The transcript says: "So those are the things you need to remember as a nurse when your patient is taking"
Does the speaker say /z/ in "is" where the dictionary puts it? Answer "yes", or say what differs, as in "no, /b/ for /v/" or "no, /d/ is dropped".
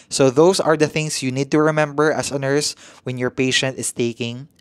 no, /s/ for /z/